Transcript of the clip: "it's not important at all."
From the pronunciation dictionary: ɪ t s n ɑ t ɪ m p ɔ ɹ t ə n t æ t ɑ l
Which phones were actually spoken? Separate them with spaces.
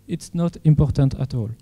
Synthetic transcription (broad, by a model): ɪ t s n ɑ t ɪ m p ɔ ɹ t ə n t æ t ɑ l